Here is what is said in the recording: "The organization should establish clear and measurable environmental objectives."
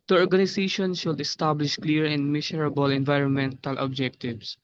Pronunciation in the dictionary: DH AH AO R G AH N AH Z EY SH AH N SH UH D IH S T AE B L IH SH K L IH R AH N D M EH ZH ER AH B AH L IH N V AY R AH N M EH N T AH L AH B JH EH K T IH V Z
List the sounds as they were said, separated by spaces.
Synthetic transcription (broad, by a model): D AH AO R G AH N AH S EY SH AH N SH UH D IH S T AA B L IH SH K L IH R AH N D M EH S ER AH B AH L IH N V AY R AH N M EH N T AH L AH B JH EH K T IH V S